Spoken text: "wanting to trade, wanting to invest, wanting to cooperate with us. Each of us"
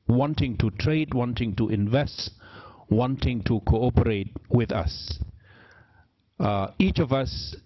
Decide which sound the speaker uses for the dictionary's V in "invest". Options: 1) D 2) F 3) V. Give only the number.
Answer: 3